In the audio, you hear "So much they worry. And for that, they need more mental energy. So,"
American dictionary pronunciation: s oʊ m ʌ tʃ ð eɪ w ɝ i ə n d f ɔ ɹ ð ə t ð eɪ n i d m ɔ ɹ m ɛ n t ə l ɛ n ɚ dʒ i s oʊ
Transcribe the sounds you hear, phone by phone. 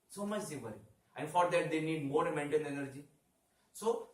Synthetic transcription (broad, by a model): s oʊ m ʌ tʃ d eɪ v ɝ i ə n f ɔ ɹ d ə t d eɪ n i d m ɔ ɹ m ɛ n t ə n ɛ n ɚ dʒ i s oʊ